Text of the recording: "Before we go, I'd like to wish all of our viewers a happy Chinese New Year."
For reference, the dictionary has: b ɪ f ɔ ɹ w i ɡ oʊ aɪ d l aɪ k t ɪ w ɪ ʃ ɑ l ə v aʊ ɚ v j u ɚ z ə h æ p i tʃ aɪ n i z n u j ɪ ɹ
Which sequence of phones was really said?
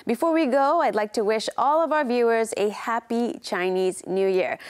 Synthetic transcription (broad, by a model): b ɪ f ɔ ɹ w i ɡ oʊ aɪ d l aɪ k t ɪ w ɪ ʃ ɑ l ə v aʊ ɚ v j u ɚ z ə h æ p i tʃ aɪ n i z n u j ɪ ɹ